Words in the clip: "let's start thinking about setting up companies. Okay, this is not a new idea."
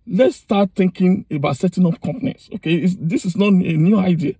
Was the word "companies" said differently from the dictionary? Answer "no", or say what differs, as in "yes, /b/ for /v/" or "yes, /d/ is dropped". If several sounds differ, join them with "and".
yes, /s/ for /z/